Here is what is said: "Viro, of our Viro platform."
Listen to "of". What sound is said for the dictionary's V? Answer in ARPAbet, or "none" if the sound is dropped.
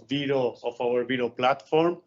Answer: P